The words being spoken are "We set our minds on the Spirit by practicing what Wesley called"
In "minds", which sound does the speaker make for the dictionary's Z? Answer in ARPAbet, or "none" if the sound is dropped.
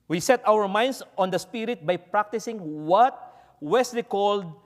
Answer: S